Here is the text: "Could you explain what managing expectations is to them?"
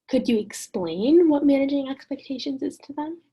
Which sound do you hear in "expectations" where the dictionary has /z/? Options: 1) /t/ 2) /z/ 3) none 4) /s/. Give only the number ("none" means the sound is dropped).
2